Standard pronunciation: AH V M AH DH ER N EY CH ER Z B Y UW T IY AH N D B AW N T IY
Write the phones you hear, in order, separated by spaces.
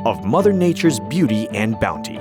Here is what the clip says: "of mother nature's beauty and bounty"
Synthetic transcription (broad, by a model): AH V M AH DH ER N EY CH ER Z B Y UW T IY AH N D B AW N T IY